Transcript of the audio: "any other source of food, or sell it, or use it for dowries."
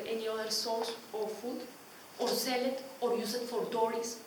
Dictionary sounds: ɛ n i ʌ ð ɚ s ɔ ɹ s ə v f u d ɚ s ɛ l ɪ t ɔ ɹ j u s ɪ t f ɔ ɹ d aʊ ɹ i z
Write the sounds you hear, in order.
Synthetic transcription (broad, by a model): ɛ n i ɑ ɚ s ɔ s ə f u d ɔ s ɛ l ɪ t ɔ ɹ j u s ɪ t f ɔ ɹ d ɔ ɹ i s